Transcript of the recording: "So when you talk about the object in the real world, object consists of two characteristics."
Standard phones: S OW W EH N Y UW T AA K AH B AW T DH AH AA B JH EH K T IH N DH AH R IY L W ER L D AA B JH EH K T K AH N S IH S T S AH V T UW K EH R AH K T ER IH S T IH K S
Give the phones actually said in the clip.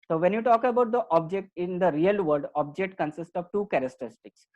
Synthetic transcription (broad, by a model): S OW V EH N Y UW T AA K AH B AW T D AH AA B JH EH K T IH N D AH R IY L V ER D AA B JH EH K T K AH N S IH S T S AH V T UW K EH R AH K T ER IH S T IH K S